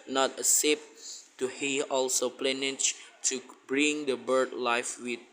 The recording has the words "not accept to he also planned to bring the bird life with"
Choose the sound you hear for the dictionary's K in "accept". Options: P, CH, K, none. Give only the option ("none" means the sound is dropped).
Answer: none